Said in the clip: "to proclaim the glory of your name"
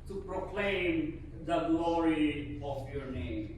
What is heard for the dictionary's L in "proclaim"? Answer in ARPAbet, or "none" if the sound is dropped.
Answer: L